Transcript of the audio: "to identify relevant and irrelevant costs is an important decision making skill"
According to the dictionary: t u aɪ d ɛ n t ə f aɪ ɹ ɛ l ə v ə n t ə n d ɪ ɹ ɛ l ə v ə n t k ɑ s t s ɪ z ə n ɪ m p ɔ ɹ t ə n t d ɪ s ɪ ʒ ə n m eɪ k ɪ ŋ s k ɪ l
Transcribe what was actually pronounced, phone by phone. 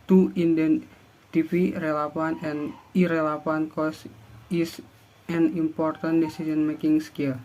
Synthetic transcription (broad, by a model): t u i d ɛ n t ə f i ɹ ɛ l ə f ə n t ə n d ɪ ɹ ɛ l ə f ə n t k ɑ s s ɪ s ə n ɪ m p ɔ ɹ t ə n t d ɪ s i s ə n m eɪ k ɪ ŋ s k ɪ l